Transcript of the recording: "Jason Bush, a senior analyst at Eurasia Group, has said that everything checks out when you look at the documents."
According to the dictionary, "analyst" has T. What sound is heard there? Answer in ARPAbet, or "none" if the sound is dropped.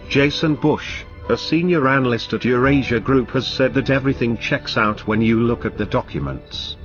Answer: T